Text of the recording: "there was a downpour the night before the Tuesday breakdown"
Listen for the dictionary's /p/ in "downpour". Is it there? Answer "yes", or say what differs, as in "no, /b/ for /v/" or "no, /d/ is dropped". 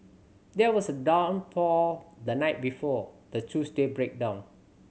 no, /f/ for /p/